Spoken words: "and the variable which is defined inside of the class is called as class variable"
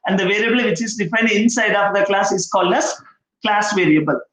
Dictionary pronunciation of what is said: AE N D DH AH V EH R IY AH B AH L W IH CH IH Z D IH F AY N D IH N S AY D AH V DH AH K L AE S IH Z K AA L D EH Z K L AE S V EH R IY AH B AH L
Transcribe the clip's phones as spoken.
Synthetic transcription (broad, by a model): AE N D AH V EH R IY AH B AH L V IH CH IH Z D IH F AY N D IH N S AY D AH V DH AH K L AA S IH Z K AA L D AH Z K L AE S V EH R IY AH B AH L